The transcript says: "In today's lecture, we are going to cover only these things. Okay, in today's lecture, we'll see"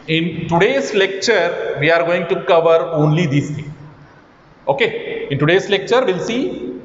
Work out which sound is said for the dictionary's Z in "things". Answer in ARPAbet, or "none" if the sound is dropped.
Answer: none